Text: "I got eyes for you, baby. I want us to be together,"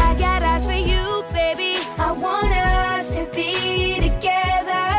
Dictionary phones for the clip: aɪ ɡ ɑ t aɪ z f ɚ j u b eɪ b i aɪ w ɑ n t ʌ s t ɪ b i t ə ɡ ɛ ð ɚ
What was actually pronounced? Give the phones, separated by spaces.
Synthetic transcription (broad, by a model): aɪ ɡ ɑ t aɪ s f ɚ j u b eɪ b i aɪ w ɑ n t ʌ s t ɪ b i t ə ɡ ɛ ð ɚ